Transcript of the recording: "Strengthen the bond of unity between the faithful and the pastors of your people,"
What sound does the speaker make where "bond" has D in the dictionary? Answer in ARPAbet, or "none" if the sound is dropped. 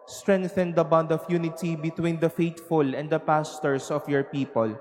D